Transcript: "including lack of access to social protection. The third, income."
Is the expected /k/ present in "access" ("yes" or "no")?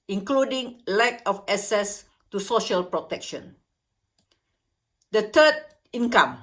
no